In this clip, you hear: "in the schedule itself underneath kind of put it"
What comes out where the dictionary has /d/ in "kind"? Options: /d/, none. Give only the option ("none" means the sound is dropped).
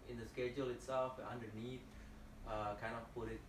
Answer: none